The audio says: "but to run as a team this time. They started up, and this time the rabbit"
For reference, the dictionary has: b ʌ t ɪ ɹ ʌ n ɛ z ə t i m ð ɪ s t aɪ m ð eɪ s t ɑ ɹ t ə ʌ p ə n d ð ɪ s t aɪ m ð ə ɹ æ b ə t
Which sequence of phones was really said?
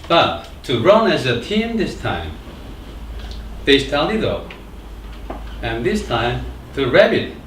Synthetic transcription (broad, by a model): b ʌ t ɪ ɹ ʌ n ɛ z ə t i m ð ɪ s t aɪ m ð eɪ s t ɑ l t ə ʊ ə n ð ɪ s t aɪ m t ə ɹ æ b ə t